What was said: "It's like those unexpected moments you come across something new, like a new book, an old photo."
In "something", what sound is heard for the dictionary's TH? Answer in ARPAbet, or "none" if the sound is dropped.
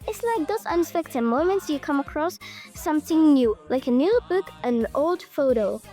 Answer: TH